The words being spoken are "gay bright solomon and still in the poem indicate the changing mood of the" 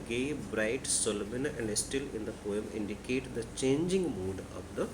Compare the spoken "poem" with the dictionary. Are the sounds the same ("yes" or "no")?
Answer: yes